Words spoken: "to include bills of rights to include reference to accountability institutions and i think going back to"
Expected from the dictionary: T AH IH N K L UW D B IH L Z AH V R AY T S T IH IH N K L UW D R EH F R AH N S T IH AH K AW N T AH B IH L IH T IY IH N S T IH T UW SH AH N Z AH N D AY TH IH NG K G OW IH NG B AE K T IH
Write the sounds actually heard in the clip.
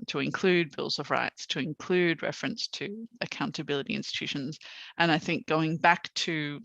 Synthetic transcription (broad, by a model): T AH IH N K L UW D B IH L Z AH V R AY T S T IH IH N K L UW D R EH F R AH N S T IH AH K AW N T AH B IH L IH T IY IH N S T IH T UW SH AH N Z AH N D AY TH IH NG K G OW IH NG B AE K T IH